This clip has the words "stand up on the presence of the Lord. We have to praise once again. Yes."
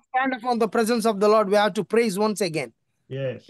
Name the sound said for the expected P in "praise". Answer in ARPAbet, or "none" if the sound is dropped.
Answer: P